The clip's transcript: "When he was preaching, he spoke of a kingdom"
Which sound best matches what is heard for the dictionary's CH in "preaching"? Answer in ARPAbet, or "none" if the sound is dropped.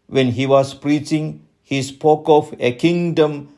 CH